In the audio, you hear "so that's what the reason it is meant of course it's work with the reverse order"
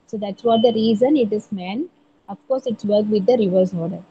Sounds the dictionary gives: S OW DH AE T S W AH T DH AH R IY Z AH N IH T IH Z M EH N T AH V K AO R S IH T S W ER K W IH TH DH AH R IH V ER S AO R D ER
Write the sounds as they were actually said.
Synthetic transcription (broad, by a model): S OW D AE T S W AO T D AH R IY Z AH N IH T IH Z M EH N AH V K AO R S IH T S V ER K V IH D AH R IH V ER S AO R D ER